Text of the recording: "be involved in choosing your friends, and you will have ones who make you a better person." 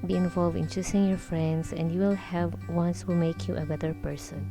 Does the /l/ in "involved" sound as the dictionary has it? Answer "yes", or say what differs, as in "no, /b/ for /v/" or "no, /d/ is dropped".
yes